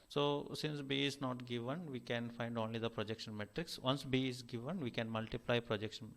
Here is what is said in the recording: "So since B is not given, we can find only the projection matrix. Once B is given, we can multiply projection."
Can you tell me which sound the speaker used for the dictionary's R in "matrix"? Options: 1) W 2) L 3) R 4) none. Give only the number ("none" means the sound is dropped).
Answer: 3